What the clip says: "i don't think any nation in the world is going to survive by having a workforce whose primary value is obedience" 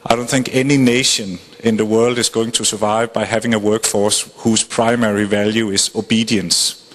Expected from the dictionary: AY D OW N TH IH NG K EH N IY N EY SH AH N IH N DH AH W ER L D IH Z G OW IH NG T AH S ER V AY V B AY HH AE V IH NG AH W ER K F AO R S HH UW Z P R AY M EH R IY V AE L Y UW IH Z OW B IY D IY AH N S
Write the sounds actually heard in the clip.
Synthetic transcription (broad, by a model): AY D OW N TH IH NG K EH N IY N EY SH AH N IH N DH AH W ER L D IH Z G OW IH NG T AH S ER V AY V B AY HH AE V IH NG AH W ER K F AO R S HH UW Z P R AY M EH R IY V AE L Y UW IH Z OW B IY D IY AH N S